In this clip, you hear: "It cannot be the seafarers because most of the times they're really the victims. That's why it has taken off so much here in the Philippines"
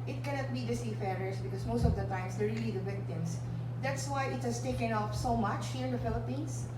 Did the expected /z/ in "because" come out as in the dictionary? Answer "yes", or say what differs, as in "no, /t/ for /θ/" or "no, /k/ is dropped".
no, /s/ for /z/